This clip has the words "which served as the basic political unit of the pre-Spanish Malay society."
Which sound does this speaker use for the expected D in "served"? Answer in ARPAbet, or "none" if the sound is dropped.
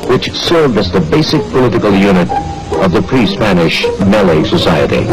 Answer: none